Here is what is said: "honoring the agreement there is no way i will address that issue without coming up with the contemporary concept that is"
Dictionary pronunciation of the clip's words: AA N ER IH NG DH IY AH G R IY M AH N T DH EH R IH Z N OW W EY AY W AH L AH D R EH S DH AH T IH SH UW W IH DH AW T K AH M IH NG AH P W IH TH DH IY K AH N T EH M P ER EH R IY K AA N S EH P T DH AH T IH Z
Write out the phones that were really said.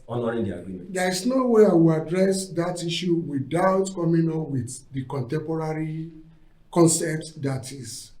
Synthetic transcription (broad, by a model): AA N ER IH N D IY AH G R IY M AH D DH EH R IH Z N OW W EY AY W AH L AH D R EH S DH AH T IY SH UW W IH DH AW T K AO M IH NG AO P W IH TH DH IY K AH N T EH M P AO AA R IY K AA N S EH P T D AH T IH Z